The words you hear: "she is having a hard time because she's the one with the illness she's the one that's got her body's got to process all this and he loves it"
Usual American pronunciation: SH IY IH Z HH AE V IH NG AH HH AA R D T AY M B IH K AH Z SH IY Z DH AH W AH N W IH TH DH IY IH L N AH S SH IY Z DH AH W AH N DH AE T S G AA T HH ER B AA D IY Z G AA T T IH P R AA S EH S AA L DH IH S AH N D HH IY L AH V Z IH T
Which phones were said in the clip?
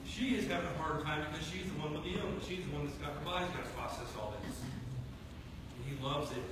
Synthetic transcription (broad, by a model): SH IY IH Z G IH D AH HH AA R D T AY M B IH K AH Z SH IY Z DH AH W AH N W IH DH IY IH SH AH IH Z DH AH W AH N DH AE T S G AA T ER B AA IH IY Z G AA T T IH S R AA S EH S AA L DH IH S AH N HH IY L AH V Z IH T